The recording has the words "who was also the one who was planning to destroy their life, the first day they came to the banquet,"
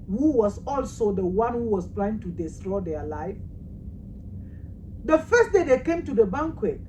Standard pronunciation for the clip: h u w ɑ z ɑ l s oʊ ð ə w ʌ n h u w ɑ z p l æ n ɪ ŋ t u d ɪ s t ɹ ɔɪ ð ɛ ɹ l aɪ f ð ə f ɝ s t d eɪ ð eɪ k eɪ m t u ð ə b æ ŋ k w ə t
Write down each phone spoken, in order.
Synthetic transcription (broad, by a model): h u w ɑ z ɑ l s oʊ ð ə w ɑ n h u w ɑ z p l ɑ ɪ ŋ t u d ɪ s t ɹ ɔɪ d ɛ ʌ l aɪ f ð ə f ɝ s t d eɪ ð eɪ k eɪ m t u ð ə b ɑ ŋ k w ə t